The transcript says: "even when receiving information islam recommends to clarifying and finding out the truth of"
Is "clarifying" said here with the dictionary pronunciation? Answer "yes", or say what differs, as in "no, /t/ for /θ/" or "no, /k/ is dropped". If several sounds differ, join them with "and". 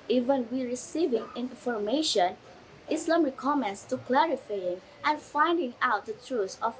yes